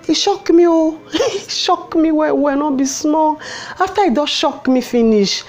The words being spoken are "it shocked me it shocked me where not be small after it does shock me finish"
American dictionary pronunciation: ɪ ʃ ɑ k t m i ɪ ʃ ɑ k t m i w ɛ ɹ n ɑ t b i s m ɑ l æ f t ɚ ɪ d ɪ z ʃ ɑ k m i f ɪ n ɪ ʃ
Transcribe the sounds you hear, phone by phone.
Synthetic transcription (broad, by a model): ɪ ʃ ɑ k m i ɪ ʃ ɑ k m i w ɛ w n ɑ b i s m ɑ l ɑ f t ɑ ɪ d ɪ ʃ ɑ k m i f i n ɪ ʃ